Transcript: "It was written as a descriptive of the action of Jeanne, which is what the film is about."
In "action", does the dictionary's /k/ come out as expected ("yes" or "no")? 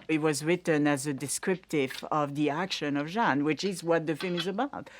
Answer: yes